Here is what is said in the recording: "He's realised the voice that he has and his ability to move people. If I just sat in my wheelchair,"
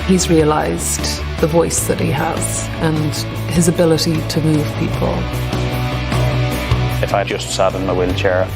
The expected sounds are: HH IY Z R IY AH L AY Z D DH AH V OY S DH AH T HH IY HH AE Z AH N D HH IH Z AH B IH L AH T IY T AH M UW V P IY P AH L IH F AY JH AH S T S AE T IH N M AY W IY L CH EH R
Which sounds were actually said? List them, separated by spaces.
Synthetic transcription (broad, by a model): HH IY Z R IY AH L AY Z D DH AH V OY S DH AH T HH IY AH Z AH N HH IH Z AH B IH L AH T IY T AH M UW V P IY P AH L IH F AY JH AH S T S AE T IH N M AY W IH L CH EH R